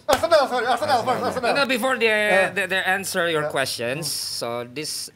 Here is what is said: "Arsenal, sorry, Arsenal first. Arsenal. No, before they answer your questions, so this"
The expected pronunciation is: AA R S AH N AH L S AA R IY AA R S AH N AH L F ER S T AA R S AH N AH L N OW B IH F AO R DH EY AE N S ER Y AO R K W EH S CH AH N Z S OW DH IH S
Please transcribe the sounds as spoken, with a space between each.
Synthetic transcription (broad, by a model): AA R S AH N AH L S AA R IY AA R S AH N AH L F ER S AA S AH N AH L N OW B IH F AO R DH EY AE N S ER Y AO R K W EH S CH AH N S OW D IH S